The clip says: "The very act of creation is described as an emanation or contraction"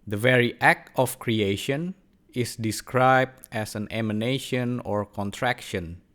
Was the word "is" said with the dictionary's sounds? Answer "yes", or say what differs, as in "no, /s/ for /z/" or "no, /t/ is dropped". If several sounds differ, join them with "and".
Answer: no, /s/ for /z/